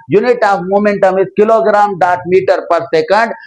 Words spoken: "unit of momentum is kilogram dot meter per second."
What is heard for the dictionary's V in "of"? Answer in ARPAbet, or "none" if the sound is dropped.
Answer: P